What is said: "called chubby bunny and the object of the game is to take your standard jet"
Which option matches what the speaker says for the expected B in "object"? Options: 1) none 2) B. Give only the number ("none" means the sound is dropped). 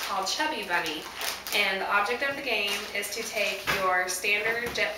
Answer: 2